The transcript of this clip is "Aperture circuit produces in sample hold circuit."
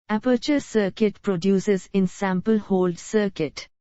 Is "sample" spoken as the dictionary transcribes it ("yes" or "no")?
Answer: yes